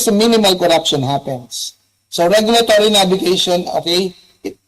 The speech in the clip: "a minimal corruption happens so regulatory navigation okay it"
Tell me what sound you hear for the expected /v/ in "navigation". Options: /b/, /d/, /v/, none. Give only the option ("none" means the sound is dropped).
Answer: /b/